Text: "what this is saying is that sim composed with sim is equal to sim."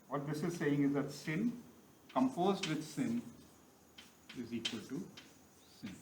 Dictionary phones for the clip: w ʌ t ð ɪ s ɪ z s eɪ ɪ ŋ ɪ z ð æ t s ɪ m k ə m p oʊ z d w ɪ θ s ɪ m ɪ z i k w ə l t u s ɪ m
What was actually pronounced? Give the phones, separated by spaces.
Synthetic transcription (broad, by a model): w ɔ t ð ɪ s ɪ z s eɪ ɪ ŋ ɪ z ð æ t s ɪ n k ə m f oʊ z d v ɪ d s ɪ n ɪ z i k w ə l t u s ɪ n